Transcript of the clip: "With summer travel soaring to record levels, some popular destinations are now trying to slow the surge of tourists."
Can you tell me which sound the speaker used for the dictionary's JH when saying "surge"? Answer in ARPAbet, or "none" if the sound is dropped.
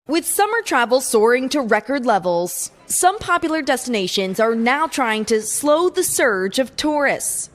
JH